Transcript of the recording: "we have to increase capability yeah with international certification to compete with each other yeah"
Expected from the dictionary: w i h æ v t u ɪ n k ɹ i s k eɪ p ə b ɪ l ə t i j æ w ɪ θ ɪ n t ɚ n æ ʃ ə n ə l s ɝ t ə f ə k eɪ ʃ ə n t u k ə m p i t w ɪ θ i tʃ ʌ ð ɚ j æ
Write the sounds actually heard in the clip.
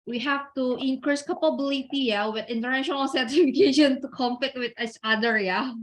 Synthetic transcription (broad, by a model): w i h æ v t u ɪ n k ɹ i s k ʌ p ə b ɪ l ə t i j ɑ w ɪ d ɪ n t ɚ n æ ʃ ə n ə l s ɝ t ə f ə k eɪ ʃ ə n t u k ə m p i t w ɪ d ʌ s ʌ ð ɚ j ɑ